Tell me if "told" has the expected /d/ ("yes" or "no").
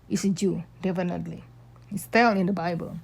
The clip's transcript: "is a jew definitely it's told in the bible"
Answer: no